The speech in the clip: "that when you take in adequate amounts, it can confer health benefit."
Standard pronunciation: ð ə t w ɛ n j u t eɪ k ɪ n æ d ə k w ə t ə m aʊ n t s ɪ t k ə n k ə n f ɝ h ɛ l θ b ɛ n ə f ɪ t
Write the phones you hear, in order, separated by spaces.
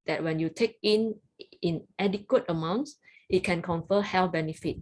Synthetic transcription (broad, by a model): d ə t w ɛ n j u t eɪ k ɪ n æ d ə k w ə t ə m aʊ n t s ɪ t k ə n k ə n f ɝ h ɛ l f b ɛ n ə f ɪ t